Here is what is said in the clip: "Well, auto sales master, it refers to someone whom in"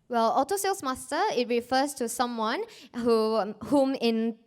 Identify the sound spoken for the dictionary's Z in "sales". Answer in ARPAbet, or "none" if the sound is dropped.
S